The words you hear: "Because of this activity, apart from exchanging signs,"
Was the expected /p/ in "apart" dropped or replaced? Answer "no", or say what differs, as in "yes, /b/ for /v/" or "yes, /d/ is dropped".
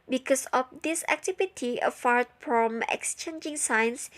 yes, /f/ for /p/